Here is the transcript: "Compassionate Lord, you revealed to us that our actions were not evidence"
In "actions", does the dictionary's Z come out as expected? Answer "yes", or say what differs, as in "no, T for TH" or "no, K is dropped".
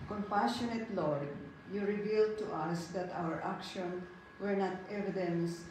no, Z is dropped